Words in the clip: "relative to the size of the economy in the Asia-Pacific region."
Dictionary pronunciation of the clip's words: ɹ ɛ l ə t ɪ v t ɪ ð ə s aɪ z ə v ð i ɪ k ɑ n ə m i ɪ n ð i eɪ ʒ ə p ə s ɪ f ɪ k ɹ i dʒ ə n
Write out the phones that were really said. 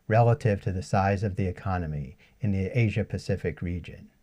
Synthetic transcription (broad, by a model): ɹ ɛ l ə t ɪ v t ɪ ð ə s aɪ z ə v ð i ɪ k ɑ n ə m i ɪ n ð i eɪ ʒ ə p ə s ɪ f ɪ k ɹ i dʒ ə n